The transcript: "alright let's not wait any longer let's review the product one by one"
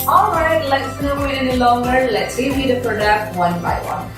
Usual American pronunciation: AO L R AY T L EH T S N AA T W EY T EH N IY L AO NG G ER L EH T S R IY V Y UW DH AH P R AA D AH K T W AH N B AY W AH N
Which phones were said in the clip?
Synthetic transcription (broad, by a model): AO L R AY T L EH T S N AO W EY T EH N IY L AO NG G ER L EH T S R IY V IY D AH P R AA D AH K T W AH N B AY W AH N